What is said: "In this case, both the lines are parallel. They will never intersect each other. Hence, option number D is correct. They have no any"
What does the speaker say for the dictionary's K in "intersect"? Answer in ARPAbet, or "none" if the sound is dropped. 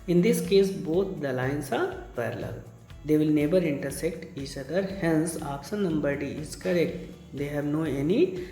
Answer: K